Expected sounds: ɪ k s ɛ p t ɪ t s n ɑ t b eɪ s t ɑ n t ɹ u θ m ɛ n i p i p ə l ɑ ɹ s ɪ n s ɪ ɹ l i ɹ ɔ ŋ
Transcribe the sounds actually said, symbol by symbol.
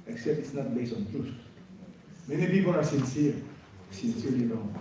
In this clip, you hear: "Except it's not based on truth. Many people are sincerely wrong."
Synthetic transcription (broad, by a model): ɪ k s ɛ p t ɪ t s n ɑ t b eɪ s t ɑ n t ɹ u s m ɛ n i p i p ə l ɑ ɹ s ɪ n s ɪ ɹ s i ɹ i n